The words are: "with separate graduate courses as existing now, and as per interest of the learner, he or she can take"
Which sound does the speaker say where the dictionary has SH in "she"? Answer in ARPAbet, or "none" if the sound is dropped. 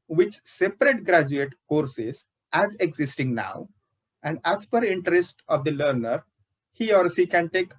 S